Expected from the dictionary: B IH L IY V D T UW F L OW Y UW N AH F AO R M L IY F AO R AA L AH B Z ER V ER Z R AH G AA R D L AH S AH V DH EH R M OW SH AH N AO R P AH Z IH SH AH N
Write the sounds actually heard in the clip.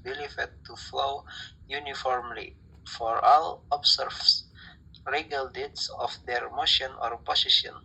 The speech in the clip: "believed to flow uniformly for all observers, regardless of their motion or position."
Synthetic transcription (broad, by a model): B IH L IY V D T UW F L OW Y UW N AH F AO R M L IY F AO R AA L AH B S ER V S R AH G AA L D AH S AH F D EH R M OW SH AH N AO R P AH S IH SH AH N